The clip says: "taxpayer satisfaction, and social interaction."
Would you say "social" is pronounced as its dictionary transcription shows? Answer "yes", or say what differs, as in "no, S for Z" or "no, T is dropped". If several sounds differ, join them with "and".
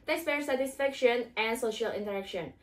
yes